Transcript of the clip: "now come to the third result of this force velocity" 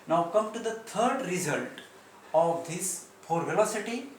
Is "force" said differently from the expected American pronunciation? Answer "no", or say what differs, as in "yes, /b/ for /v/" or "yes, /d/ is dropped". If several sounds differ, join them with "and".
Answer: yes, /s/ is dropped